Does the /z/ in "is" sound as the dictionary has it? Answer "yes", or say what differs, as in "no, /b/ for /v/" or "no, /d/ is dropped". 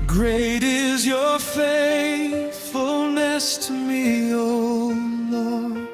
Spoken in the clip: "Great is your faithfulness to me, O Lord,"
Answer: yes